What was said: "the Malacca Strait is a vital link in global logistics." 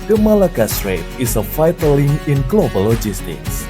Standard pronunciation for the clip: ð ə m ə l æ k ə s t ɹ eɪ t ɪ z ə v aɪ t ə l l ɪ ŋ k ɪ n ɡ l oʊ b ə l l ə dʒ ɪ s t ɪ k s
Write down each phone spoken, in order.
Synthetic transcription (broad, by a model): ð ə m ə l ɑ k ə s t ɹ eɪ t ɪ s ə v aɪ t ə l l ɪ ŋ ɪ n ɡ l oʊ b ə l l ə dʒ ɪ s t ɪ k s